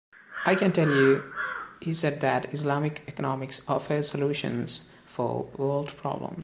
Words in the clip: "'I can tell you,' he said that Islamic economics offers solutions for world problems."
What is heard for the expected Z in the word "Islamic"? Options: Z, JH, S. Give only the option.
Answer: S